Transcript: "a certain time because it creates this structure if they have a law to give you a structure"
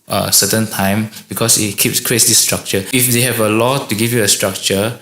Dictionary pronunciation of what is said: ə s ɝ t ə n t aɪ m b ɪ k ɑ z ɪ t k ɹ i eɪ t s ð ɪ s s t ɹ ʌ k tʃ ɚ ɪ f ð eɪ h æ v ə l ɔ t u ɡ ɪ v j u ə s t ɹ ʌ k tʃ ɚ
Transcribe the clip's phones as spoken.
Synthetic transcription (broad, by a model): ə s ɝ t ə n t aɪ m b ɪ k ɑ s ɪ t k i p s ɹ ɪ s s t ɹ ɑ k tʃ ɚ ɪ f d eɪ h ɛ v ə l ɔ t u ɡ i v j u ə s t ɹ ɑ k tʃ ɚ